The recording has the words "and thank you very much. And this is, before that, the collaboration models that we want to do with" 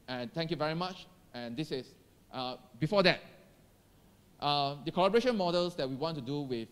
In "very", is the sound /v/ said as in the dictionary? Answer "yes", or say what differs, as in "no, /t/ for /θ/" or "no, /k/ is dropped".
yes